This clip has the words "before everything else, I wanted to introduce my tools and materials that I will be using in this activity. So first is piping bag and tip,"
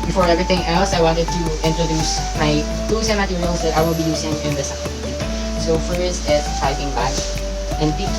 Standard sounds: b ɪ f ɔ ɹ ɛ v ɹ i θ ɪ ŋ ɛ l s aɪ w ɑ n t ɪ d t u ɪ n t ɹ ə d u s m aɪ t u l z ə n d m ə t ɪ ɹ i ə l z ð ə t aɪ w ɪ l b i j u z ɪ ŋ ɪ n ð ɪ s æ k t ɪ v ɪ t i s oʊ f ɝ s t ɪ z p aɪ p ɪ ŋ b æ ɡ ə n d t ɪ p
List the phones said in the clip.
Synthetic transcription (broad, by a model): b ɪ f ɔ ɹ ɛ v ɹ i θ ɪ ŋ ɛ l s aɪ w ɑ n t ɪ d t u ɪ n t ɹ ə d u s m aɪ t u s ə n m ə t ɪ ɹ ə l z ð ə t aɪ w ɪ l b i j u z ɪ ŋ ɪ n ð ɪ s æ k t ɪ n s oʊ f ɝ s t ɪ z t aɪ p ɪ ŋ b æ ə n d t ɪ